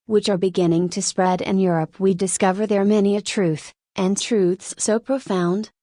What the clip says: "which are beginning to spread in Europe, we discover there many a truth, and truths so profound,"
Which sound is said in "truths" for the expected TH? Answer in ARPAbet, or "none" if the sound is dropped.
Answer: TH